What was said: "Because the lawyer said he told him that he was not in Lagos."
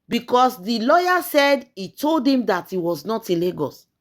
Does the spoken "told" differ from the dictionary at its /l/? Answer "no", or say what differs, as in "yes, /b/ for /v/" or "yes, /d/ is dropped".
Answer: no